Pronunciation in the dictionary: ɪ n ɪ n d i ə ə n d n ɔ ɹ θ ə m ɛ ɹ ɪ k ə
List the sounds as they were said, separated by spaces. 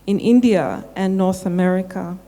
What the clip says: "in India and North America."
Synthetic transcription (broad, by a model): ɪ n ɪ n d i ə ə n n ɔ ɹ θ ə m ɛ ɹ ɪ k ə